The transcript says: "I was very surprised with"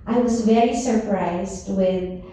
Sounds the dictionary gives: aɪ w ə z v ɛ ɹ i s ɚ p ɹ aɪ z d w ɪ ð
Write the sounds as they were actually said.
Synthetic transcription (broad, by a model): aɪ w ə z v ɛ ɹ i s ɚ p ɹ aɪ z d w ɪ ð